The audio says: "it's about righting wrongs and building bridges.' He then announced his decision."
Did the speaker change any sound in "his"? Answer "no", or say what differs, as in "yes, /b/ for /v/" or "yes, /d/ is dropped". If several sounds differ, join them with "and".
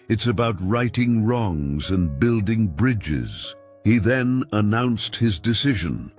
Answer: no